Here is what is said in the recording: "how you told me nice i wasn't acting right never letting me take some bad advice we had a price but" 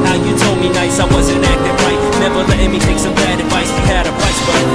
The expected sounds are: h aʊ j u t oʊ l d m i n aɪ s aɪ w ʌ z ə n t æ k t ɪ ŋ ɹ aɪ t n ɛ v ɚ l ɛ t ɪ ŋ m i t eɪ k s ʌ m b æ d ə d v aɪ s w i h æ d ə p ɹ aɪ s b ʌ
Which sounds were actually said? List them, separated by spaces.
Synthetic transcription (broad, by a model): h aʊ j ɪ t oʊ l d m i n aɪ s aɪ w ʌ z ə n æ k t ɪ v ɹ aɪ t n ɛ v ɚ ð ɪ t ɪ m i t eɪ k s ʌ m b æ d ə d v aɪ s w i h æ d ə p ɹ aɪ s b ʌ